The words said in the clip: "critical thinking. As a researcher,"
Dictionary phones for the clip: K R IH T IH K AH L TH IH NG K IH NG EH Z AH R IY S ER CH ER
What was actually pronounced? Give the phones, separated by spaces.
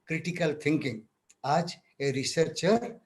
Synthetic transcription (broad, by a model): K R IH T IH K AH L T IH NG K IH NG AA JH AH R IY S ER CH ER